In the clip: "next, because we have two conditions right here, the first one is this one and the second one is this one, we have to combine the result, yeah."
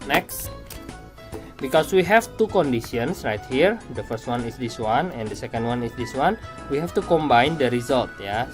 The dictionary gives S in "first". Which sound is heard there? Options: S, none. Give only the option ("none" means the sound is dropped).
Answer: S